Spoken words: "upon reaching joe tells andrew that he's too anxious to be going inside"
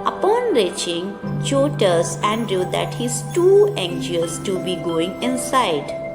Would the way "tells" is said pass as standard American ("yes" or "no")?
no